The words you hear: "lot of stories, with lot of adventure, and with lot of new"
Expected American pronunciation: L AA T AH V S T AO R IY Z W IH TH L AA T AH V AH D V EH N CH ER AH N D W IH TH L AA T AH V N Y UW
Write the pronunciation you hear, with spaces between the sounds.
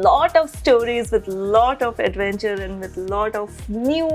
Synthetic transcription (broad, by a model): L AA T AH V S T AO R IY Z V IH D L AA T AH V AH D V EH N CH ER AH N D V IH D L AA T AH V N Y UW